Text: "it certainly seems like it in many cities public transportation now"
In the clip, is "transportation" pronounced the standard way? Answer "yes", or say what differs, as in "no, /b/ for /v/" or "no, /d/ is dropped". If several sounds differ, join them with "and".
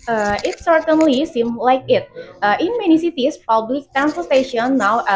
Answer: no, /f/ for /p/